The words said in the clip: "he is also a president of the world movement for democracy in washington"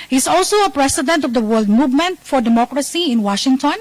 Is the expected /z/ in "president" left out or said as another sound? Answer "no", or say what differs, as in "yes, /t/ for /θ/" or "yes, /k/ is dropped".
yes, /s/ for /z/